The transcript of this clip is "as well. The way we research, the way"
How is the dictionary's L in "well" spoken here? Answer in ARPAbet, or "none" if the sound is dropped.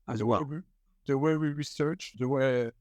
W